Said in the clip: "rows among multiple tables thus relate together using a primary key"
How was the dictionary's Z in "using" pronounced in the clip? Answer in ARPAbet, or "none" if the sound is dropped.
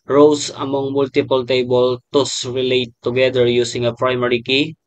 S